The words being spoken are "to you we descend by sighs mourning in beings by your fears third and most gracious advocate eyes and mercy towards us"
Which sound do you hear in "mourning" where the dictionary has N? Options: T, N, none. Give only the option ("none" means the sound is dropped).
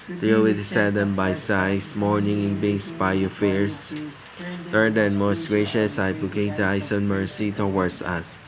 N